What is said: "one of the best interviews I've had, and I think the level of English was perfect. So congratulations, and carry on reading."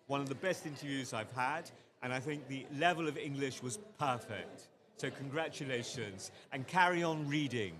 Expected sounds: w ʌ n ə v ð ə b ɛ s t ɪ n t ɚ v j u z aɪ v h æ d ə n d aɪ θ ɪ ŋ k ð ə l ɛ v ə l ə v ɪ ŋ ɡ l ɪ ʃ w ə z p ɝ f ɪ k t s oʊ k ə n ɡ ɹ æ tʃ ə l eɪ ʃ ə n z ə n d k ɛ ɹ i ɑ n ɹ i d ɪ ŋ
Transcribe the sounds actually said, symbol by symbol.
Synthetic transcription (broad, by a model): w ʌ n ə v ð ə b ɛ s t ɪ n t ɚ v j u z aɪ v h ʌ d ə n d aɪ θ ɪ ŋ k ð ə l ɛ v ə l ə v ɪ ŋ ɡ l ɪ ʃ w ə z p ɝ f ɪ k t s oʊ k ə n ɡ ɹ æ tʃ ə l eɪ ʃ ə n z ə n k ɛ ɹ i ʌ n ɹ i d ɪ ŋ